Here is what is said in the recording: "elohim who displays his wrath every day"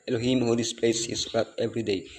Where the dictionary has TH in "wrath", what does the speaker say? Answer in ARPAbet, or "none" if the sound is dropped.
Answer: T